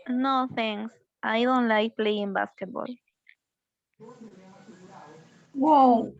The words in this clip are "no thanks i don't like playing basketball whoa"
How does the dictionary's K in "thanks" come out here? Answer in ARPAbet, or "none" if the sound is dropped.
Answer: none